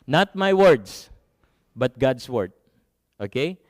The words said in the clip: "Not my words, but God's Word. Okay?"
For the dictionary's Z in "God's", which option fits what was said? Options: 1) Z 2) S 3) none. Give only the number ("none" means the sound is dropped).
2